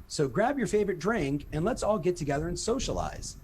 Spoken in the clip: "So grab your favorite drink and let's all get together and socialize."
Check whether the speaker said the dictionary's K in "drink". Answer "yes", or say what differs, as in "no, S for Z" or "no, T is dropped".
yes